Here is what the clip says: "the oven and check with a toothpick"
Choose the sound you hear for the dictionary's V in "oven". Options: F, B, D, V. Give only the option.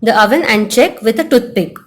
V